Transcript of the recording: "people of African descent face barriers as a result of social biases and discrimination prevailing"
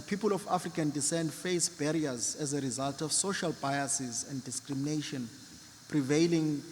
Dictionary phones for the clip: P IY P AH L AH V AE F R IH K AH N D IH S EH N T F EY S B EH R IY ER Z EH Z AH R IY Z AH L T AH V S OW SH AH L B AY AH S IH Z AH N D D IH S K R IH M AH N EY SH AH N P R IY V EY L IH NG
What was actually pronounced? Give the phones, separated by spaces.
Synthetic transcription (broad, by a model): P IY P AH L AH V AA F R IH K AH N D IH S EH N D F EY S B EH R IY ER Z EH Z AH R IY Z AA L T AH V S OW SH AH L B AY AH S IH Z AH N D D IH S K R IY M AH N EY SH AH N P R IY V EY L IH NG